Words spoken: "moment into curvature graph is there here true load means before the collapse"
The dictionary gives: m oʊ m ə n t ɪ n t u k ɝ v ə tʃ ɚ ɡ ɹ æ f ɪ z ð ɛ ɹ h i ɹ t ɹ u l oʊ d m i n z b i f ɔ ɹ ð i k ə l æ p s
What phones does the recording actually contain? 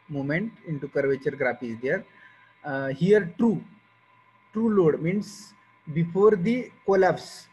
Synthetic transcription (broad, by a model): m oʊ m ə n t ɪ n t u k ɝ v ə tʃ ɚ ɡ ɹ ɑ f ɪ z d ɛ ɹ h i ɹ t ɹ u l oʊ d m i n s b i f ɔ ɹ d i k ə l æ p s